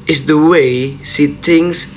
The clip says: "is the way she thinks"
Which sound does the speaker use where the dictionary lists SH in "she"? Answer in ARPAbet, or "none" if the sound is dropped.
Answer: S